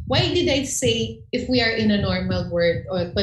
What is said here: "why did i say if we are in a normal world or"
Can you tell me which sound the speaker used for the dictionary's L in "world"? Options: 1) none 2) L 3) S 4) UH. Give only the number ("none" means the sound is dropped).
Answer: 1